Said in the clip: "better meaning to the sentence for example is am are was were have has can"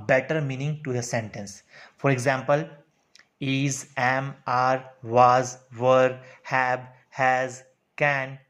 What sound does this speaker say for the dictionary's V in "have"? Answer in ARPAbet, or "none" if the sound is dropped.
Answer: B